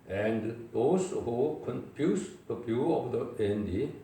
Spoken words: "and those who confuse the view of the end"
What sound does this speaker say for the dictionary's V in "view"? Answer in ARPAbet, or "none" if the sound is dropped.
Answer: B